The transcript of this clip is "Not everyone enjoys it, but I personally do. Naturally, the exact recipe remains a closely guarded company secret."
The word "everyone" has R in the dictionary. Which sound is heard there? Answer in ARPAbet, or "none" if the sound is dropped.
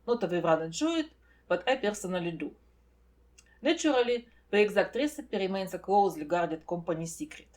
none